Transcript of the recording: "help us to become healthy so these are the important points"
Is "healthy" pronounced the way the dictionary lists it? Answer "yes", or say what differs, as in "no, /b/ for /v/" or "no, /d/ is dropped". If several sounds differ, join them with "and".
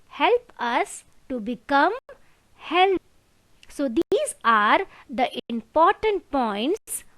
no, /s/ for /θ/